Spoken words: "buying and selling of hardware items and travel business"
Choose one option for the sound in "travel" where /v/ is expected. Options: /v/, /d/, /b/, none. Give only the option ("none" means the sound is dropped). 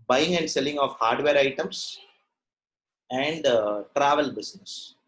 /v/